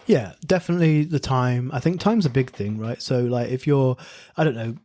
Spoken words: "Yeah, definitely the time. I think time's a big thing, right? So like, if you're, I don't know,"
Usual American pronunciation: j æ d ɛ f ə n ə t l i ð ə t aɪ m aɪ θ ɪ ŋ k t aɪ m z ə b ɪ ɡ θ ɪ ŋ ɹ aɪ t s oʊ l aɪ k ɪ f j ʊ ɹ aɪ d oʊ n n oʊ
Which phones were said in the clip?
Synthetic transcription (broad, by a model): j æ d ɛ f ə n ə t l i ð ə t aɪ m aɪ θ ɪ ŋ k t aɪ m z ə b ɪ ɡ θ ɪ ŋ ɹ aɪ t s oʊ l aɪ k ɪ f j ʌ ɹ aɪ d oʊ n n oʊ